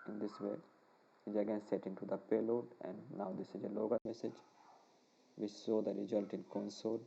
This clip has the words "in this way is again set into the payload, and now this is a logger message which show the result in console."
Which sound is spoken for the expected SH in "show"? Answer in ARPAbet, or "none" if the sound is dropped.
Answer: S